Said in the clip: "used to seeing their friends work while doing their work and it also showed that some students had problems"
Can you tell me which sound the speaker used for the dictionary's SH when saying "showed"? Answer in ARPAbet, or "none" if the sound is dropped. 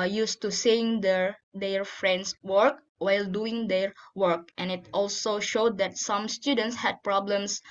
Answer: SH